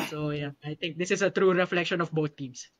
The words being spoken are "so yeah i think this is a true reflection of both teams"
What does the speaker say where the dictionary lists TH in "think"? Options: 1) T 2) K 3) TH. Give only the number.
1